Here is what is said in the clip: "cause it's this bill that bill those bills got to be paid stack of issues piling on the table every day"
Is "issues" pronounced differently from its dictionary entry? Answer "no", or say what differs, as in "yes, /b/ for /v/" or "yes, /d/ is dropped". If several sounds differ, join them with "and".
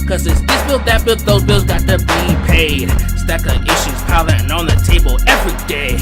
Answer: no